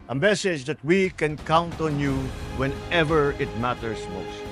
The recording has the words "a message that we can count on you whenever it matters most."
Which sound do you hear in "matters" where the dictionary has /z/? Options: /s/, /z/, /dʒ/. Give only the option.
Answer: /s/